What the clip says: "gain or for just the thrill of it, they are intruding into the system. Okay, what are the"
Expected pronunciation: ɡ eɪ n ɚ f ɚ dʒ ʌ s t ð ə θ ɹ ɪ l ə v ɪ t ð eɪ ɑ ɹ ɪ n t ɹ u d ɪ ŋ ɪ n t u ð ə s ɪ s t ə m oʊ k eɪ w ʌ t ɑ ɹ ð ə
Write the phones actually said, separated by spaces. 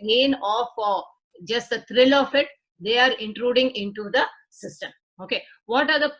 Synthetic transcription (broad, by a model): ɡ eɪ n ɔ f dʒ ʌ s t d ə t ɹ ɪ l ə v ɪ t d eɪ ɑ ɹ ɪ n t ɹ u d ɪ ŋ ɪ n t u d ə s ɪ s t ə m oʊ k eɪ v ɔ t ɑ ɹ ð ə